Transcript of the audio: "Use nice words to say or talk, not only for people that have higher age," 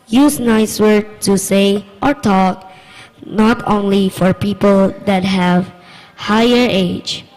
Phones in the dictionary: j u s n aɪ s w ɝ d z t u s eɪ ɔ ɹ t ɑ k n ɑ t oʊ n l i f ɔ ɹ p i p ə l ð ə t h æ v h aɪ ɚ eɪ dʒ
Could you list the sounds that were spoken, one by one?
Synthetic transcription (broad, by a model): j u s n aɪ s w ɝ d t u s eɪ ɔ ɹ t ɑ k n ɑ t oʊ n l i f ɔ ɹ p i p ə l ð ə t h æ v h aɪ ɚ eɪ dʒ